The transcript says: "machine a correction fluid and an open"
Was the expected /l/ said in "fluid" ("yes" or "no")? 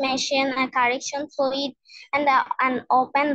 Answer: no